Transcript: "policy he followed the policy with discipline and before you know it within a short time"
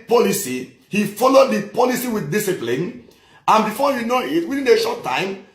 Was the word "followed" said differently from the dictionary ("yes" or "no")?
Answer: no